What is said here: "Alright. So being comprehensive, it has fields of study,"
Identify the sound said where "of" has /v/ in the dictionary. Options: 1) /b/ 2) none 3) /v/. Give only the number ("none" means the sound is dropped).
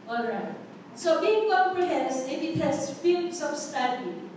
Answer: 1